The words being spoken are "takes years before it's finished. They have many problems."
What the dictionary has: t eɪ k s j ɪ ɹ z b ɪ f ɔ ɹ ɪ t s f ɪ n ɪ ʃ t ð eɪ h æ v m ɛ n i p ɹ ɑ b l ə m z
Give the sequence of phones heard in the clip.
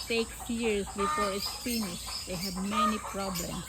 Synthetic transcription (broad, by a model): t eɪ k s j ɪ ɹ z b ɪ f ɔ ɹ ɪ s p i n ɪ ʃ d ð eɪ h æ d m ɛ n i p ɹ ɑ b l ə m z